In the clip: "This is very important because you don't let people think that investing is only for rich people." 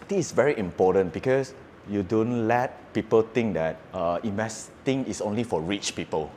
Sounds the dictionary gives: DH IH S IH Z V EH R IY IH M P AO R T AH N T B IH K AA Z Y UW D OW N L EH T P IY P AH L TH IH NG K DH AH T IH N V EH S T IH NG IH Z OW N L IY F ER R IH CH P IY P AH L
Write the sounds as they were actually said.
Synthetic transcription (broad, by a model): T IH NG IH S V EH R IY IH M P AO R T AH N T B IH K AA S Y UW D OW N L EH T P IY P AH L T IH NG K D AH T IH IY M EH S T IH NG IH S OW N L IY F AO R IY CH P IY P AH L